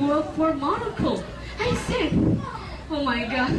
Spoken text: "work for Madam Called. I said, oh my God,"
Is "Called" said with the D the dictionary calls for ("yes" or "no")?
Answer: no